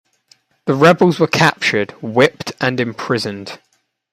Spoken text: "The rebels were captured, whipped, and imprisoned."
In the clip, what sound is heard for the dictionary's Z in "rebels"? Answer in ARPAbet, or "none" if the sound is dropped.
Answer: Z